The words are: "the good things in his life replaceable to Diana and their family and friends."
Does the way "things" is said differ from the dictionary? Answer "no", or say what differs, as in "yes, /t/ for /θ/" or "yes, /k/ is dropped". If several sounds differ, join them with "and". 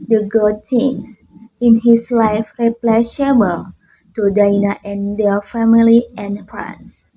yes, /t/ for /θ/ and /s/ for /z/